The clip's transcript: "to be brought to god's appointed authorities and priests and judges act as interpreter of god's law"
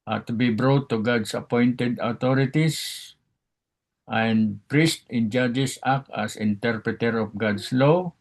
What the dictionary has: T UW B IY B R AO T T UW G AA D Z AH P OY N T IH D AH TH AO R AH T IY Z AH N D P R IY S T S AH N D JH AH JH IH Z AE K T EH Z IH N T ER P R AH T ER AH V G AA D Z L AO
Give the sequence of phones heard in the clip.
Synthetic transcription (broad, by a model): T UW B IY B R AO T T UW G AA D S AH P OY N T IH D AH T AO R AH T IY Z AH N D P R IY S T AH N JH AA JH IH S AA K AA S IH N T ER P R AH T ER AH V G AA D S L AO